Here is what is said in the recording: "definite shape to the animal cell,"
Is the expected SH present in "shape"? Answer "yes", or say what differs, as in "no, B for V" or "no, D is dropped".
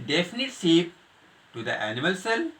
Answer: no, S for SH